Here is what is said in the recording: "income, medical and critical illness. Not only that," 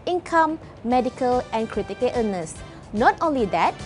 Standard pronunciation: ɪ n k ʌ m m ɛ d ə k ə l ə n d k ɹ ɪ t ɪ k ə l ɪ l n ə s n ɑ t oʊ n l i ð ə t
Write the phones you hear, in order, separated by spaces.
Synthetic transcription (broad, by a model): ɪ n k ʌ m m ɛ d ə k ə l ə n k ɹ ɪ t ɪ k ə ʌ n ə s n ɑ t oʊ n l i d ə t